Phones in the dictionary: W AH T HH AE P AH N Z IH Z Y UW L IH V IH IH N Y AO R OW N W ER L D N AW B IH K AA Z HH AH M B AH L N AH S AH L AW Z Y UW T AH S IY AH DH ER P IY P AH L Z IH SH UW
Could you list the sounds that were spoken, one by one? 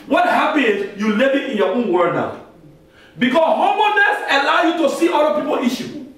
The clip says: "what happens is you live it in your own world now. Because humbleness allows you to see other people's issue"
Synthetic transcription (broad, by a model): W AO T HH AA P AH N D Y UW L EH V IH IH N Y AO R OW N W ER N AW B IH K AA S HH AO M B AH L N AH S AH L AW Y UW T AH S IY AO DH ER P IY P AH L IY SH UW